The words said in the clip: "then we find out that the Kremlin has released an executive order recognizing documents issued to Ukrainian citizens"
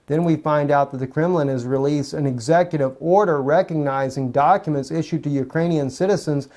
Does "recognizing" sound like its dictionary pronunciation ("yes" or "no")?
yes